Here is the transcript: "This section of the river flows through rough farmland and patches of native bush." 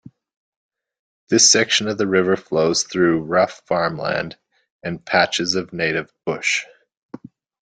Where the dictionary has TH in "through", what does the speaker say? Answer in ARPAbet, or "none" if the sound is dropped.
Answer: TH